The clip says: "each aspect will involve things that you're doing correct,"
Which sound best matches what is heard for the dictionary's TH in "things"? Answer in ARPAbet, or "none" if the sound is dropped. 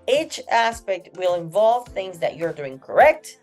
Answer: TH